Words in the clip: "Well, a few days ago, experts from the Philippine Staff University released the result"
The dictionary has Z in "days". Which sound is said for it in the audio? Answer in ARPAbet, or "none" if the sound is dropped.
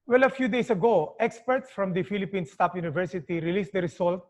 S